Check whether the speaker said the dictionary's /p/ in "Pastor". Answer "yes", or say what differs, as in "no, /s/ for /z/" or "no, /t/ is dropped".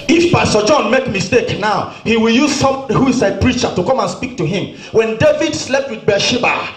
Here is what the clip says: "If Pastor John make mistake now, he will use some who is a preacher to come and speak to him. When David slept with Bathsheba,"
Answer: no, /b/ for /p/